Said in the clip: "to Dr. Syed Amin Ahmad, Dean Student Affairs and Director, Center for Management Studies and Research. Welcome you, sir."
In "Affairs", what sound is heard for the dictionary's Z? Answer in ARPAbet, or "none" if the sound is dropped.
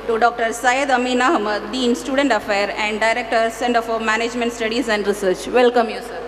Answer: none